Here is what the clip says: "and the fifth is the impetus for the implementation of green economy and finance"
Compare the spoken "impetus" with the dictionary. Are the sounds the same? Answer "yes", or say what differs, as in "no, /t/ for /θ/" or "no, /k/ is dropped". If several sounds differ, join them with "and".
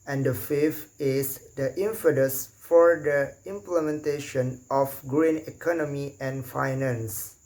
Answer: no, /f/ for /p/